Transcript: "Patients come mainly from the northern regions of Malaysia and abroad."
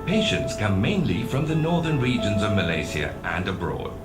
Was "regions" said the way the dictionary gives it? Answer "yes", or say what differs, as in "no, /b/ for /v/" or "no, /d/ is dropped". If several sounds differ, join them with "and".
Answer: yes